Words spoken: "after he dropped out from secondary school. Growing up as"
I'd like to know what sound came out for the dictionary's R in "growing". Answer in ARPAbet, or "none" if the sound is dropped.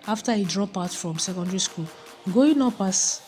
none